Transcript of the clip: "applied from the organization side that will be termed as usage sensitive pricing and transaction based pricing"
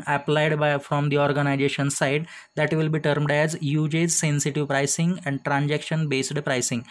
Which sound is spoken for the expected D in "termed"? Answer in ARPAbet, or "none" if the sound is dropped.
D